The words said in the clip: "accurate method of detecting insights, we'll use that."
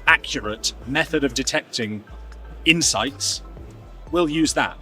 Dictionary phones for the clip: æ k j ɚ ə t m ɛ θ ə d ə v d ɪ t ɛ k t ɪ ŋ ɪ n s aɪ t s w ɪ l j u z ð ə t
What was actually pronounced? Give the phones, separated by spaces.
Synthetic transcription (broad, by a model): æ k j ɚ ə t m ɛ θ ə d ə v d ɪ t ɛ k t ɪ ŋ ɪ n s aɪ t s w ɪ l j u z ð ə t